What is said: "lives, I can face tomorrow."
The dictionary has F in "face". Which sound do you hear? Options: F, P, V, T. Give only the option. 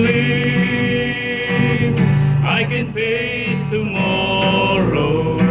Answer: P